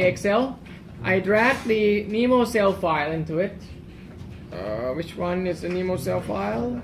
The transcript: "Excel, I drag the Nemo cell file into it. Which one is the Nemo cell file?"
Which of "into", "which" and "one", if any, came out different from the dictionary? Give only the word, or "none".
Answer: none